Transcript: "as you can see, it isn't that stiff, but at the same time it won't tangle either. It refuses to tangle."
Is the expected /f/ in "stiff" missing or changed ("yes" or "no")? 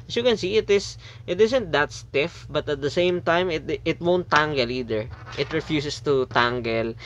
no